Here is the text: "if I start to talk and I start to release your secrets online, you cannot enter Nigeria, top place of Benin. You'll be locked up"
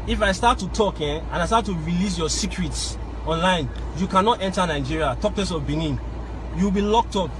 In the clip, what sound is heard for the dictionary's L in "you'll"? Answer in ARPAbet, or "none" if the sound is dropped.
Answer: W